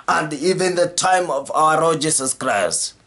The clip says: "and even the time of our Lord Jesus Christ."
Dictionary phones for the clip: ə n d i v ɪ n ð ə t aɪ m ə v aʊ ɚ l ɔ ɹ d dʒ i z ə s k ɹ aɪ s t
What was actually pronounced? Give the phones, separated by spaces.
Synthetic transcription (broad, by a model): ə n d i v ɪ n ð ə t aɪ m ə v aʊ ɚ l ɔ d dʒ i s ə s k ɹ aɪ s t